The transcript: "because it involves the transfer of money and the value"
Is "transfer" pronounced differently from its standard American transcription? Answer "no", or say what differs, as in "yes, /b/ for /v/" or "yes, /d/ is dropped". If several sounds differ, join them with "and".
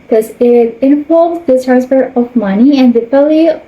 yes, /p/ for /f/